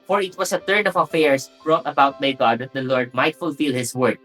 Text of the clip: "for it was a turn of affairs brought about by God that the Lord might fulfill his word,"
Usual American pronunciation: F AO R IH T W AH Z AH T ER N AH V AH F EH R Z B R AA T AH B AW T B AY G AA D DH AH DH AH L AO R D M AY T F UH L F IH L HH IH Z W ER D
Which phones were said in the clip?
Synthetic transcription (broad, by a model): F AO R IH T W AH S AH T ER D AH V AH F EH R S B R AA T AH B AW T B AY G AA D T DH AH L AO R D M AY T F UH L F IH L HH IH S W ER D